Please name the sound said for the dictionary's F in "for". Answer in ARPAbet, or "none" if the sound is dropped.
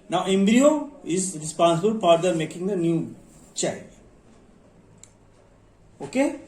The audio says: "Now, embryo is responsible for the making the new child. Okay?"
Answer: P